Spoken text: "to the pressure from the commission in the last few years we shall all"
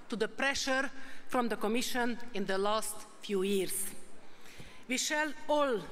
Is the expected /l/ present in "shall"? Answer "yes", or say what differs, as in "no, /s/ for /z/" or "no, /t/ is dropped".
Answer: yes